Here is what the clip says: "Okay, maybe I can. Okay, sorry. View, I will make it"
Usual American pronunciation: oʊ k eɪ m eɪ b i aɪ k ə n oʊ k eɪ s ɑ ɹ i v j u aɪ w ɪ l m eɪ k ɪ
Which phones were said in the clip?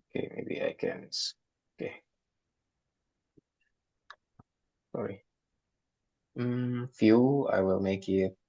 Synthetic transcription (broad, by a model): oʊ k eɪ m eɪ b i aɪ k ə n oʊ k eɪ s ɑ ɹ i f j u aɪ w ɪ l m eɪ k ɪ